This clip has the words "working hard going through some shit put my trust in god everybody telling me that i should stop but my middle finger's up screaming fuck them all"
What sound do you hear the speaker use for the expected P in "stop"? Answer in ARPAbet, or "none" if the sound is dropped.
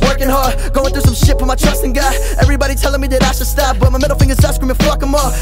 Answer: F